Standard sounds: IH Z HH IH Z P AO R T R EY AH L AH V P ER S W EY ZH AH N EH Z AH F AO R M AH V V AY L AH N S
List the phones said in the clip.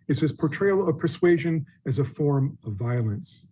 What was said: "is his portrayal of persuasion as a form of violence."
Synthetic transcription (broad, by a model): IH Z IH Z P AO R T R EY AH L AH V P ER S W EY ZH AH N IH Z AH F AO R M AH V V AY L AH N S